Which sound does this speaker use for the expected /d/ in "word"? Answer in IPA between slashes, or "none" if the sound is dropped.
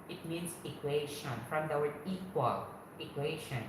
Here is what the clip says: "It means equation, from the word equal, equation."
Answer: none